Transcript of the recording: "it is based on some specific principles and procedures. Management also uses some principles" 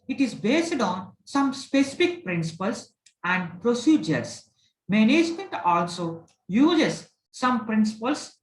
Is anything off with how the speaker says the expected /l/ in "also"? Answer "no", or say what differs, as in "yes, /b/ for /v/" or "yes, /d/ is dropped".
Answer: no